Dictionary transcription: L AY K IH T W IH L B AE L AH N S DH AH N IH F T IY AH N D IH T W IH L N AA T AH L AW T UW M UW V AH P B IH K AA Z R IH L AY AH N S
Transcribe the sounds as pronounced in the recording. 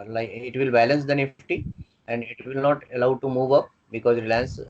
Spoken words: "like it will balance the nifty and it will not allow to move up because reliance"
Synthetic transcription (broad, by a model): L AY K IH T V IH L B AE L AH N S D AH N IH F T IY AH N D IH T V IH L N AA T AH L AW T UW M UW V AH P B IH K AA Z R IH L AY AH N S